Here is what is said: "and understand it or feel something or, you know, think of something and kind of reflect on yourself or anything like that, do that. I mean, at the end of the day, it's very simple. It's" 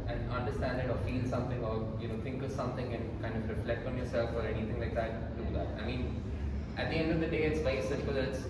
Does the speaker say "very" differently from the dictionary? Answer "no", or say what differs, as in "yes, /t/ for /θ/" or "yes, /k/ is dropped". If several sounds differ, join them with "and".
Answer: yes, /ɹ/ is dropped